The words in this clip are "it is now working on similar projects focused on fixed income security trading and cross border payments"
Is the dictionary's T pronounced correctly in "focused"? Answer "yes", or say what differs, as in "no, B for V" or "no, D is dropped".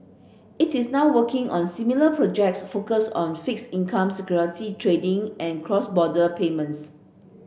no, T is dropped